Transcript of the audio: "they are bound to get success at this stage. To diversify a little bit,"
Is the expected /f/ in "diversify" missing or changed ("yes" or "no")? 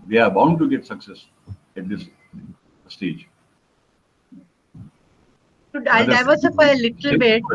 yes